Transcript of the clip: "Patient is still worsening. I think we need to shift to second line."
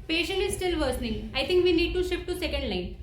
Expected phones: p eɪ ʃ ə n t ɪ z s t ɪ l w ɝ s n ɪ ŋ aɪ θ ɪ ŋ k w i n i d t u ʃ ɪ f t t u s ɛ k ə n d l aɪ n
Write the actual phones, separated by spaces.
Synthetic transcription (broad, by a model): p eɪ ʃ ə n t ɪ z s t ɪ l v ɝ s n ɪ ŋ aɪ t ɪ ŋ k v i n i d t u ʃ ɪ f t t u s ɛ k ə n d l aɪ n